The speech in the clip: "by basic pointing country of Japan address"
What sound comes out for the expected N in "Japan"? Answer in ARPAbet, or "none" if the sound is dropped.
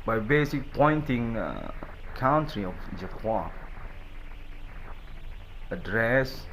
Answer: none